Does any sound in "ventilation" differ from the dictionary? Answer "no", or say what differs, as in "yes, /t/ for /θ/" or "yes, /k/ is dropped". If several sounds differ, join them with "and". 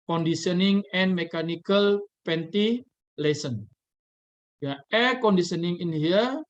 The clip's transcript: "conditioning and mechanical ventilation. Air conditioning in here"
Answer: yes, /p/ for /v/ and /s/ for /ʃ/